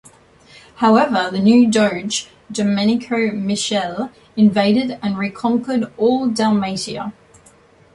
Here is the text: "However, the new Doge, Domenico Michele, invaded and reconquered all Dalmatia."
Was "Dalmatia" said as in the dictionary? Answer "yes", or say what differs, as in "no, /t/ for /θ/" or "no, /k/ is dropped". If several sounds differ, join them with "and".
no, /s/ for /ʃ/